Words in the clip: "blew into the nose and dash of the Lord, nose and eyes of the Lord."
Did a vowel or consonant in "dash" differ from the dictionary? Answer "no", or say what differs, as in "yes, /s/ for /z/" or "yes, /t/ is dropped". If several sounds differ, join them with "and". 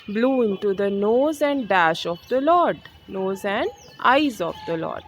no